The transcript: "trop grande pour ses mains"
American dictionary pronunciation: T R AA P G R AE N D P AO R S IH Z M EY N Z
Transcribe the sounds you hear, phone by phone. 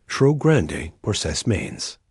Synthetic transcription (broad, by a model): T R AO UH G R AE N D P AO R S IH S M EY N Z